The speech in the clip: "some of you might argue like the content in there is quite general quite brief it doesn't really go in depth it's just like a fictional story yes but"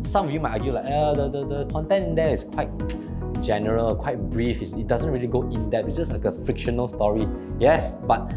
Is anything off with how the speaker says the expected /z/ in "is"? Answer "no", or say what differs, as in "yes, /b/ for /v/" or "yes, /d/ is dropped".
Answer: yes, /s/ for /z/